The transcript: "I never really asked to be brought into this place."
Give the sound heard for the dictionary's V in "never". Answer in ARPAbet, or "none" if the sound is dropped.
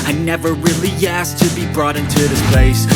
V